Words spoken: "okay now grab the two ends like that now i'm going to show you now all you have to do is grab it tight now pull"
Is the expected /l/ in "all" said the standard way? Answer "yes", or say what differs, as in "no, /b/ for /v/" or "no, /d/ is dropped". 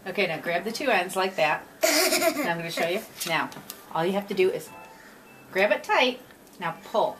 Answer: yes